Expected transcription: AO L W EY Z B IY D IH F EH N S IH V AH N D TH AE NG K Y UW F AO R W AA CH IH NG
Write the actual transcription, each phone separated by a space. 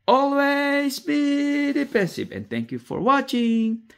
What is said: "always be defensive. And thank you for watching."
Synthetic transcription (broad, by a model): AO L W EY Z B IY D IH P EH N S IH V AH N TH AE NG K Y UW F AO R W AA CH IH NG